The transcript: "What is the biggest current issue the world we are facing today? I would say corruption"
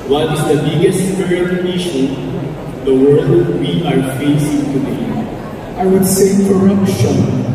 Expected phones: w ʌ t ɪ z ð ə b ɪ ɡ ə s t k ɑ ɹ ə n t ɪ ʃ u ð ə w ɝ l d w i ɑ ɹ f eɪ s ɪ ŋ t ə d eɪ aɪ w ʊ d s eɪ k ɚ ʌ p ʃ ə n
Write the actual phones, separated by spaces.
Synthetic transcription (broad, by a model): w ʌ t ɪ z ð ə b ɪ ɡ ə s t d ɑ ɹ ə t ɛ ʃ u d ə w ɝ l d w i ɑ ɹ f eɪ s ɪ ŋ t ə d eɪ aɪ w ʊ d s eɪ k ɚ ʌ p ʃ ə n